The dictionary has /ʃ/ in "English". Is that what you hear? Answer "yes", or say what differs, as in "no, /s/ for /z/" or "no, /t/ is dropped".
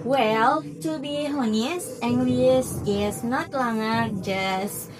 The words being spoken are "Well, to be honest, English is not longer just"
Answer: no, /s/ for /ʃ/